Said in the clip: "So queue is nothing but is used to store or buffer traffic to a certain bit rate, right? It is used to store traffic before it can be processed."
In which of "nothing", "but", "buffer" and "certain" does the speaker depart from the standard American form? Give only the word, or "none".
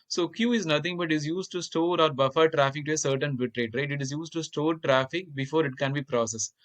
nothing